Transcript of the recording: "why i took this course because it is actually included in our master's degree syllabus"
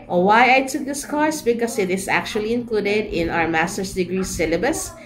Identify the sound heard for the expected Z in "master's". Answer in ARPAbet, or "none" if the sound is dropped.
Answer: S